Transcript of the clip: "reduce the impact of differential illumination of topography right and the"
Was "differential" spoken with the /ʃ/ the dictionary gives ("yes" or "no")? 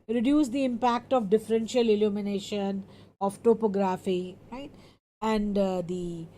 yes